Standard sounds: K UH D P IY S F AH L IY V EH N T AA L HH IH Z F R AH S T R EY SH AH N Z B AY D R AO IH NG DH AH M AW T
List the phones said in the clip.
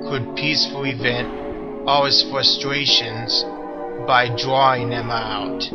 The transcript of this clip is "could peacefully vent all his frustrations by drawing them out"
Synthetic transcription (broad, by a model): K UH D P IY S F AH L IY V EH N T AA L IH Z F R AH S T R EY SH AH N Z B AY D R AO IH NG DH AH M AW T